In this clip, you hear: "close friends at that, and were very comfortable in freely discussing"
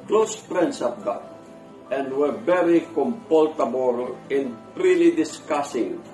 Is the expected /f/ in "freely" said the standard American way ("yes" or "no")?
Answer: no